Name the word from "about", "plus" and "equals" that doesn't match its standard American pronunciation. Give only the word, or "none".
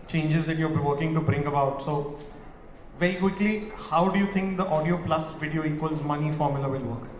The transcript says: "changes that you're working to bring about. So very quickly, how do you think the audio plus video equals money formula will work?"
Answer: none